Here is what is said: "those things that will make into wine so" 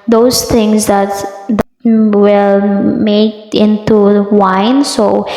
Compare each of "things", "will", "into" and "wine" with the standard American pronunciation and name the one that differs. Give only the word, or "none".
things